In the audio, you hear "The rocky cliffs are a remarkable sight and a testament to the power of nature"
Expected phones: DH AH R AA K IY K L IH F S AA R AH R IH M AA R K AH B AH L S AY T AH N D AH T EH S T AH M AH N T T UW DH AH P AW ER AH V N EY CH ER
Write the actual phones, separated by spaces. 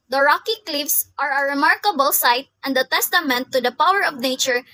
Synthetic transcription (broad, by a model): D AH R AA K IY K L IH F S AA R AH R IH M AA R K AH B AH L S AY T AH N D AH T EH S T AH M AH N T T UW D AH P AW ER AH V N EY CH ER